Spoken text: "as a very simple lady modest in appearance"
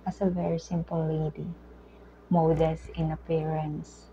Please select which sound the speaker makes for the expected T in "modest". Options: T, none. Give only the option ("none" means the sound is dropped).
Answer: none